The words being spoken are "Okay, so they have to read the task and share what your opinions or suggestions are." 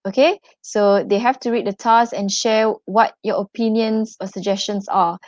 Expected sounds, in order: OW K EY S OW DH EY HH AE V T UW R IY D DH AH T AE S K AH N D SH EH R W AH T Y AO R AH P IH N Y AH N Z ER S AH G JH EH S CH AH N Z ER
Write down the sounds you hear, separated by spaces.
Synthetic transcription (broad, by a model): OW K EY S OW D EY HH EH F T UW R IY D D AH T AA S AH N SH EH W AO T Y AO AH P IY N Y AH N S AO S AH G JH EH S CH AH N S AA